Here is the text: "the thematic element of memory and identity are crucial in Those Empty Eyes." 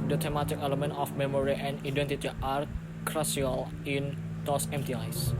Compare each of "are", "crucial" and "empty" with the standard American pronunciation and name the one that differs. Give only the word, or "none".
crucial